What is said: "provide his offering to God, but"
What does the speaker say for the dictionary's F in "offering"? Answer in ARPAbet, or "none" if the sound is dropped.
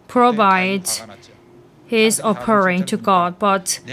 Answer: P